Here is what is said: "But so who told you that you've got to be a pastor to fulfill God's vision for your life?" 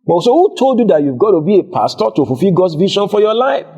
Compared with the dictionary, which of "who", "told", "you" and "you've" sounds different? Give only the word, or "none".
none